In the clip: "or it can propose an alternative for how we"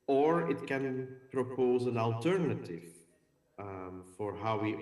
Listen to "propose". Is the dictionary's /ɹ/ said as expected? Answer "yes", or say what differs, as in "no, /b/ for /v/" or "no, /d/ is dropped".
yes